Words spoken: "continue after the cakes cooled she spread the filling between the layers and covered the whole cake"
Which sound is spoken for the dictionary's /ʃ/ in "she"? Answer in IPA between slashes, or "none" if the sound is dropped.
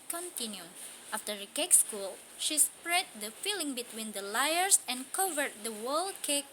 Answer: /ʃ/